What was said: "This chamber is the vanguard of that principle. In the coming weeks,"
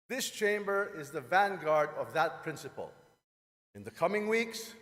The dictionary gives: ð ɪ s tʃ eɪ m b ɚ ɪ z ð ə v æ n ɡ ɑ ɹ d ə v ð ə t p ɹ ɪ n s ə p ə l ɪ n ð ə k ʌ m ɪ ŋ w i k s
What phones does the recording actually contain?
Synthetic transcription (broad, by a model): ð ɪ s tʃ eɪ m b ɚ ɪ z ð ə v æ n ɡ ɑ ɹ d ə v ð ə t p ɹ ɪ n s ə p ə l ɪ n ð ə k ʌ m ɪ ŋ w i k s